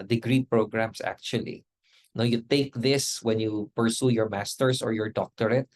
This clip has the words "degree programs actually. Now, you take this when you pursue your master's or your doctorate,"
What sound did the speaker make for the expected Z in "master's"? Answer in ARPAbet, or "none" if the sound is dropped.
S